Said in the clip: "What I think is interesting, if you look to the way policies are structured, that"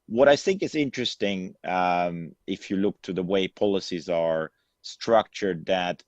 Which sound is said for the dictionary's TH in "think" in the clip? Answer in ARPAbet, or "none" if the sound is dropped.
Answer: TH